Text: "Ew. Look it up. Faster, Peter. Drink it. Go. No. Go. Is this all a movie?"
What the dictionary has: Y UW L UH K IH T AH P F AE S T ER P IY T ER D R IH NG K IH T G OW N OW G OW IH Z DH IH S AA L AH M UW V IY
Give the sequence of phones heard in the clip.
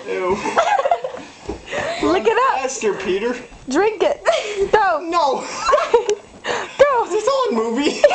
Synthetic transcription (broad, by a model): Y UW L UH K IH T AH P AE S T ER P IY T ER D R IH NG K IH T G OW N OW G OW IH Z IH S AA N M UW V IY